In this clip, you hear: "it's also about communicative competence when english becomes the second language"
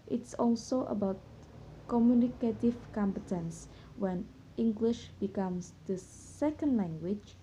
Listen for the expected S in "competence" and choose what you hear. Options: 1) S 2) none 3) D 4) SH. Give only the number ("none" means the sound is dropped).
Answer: 1